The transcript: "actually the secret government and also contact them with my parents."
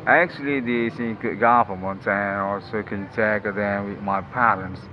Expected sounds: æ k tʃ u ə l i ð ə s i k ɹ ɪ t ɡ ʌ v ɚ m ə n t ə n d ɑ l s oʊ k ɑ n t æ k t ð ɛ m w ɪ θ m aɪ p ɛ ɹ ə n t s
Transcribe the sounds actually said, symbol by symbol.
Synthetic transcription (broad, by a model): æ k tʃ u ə l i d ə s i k ɪ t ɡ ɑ f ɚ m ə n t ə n ɑ l s oʊ k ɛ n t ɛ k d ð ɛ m w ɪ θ m aɪ p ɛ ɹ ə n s